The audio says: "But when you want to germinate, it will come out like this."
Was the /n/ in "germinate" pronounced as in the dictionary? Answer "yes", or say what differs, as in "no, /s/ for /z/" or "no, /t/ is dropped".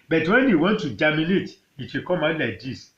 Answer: no, /l/ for /n/